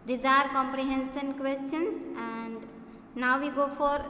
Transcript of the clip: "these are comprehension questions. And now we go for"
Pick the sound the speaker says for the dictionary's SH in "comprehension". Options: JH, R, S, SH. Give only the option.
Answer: S